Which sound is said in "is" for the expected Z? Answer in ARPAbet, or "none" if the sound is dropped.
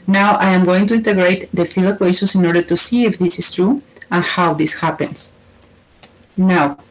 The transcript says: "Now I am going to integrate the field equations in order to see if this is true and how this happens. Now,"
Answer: S